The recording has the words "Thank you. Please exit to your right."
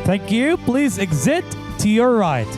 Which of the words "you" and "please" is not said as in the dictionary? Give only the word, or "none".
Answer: none